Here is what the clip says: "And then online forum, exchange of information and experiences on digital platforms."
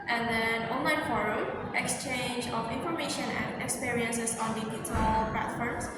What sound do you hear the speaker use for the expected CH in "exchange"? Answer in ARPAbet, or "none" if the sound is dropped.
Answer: CH